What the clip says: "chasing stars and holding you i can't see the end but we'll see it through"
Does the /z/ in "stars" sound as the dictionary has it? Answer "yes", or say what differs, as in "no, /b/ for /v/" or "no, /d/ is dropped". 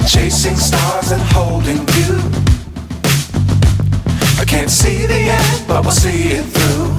yes